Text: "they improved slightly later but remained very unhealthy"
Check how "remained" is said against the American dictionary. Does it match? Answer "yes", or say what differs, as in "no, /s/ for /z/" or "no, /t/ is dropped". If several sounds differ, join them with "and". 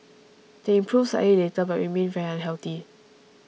no, /w/ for /ɹ/